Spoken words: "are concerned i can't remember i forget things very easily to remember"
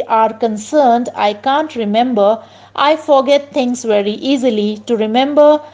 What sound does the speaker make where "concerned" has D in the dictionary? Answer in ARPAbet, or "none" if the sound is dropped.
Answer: D